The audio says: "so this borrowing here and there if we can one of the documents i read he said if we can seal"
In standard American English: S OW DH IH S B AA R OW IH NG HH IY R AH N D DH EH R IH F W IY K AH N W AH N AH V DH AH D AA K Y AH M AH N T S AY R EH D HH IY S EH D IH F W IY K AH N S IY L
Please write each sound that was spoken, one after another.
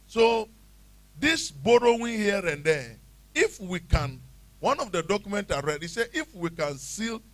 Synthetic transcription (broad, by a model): S OW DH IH S B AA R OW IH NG HH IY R AH N D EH IH F W IY K AH N W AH N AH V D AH D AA K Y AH M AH N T AY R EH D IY S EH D IH F W IY K AH N S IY L